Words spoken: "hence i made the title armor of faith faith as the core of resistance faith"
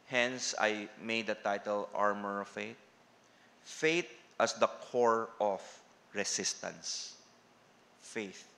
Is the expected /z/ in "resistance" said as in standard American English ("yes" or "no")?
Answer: no